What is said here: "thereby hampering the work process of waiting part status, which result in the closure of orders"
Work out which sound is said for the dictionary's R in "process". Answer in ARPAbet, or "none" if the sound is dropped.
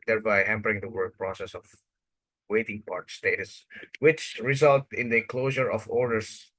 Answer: R